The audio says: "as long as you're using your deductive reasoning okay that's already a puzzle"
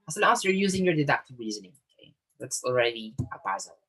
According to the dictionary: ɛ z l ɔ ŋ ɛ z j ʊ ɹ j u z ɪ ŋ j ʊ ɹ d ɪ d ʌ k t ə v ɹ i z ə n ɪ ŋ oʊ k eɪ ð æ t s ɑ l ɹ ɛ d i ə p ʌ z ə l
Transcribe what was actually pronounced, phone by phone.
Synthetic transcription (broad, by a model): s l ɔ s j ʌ ɹ j u z ɪ ŋ j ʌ ɹ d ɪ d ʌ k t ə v ɹ i z ə n ɪ ŋ oʊ k eɪ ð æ t s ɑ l ɹ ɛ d i ə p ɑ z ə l